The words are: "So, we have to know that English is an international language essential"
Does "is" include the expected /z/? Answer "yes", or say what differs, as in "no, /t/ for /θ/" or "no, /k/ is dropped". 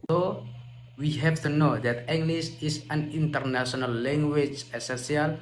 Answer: no, /s/ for /z/